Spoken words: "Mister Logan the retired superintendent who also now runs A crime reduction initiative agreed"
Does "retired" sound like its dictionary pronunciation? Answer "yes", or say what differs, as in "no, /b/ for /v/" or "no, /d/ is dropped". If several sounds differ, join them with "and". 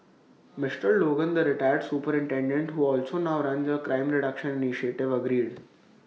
yes